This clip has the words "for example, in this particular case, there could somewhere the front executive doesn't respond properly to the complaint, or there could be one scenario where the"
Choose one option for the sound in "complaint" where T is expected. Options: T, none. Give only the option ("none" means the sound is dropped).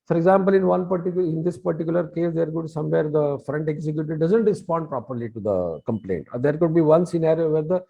T